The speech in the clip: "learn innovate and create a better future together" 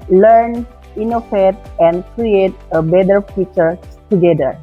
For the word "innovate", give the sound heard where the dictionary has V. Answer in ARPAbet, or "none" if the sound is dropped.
F